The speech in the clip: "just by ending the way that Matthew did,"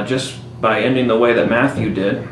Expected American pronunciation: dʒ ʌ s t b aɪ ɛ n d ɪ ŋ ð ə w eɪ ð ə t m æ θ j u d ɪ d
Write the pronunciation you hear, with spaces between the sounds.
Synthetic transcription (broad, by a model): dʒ ʌ s b aɪ ɛ n d ɪ ŋ ð ə w eɪ ð ə t m æ θ j u d ɪ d